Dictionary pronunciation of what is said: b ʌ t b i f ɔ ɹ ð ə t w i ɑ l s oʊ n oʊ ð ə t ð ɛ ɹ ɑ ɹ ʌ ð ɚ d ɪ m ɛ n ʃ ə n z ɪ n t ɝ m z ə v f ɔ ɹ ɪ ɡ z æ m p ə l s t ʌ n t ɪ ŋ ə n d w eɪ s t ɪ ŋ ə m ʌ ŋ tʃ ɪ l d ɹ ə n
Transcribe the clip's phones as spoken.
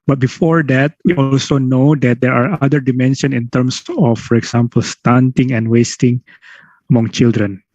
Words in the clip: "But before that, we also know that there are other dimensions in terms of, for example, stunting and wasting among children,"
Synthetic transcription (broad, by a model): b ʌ t b i f ɔ ɹ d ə t w i ɑ l s oʊ n oʊ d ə t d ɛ ɹ ɑ ɹ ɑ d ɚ d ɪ m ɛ n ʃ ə n ɪ n t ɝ m s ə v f ɔ ɹ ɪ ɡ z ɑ m p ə l s t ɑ n t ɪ ŋ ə n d w eɪ s t ɪ ŋ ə m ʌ ŋ tʃ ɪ l d ɹ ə n